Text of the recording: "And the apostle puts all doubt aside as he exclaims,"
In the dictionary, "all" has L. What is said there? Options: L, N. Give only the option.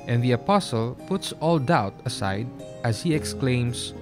L